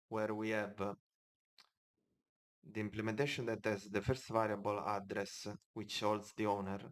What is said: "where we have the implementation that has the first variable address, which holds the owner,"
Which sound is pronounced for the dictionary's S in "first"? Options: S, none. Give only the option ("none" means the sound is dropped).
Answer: S